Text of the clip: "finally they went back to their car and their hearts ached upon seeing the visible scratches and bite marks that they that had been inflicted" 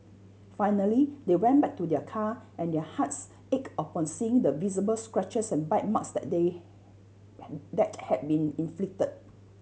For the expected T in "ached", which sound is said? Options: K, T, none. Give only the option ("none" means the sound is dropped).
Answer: none